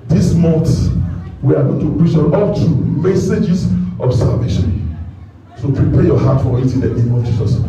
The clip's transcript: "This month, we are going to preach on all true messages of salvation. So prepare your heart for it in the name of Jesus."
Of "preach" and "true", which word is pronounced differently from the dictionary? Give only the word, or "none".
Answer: true